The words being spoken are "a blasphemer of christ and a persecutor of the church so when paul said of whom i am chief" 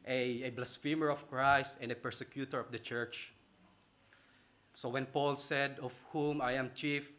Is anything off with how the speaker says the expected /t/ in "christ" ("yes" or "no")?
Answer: no